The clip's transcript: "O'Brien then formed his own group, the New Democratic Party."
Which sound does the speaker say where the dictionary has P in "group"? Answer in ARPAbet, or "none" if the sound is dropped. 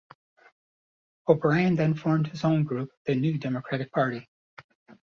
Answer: P